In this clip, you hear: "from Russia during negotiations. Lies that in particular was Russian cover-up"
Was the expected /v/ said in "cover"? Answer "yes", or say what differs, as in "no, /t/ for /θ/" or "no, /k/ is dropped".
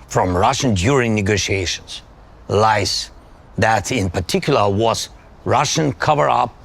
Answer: yes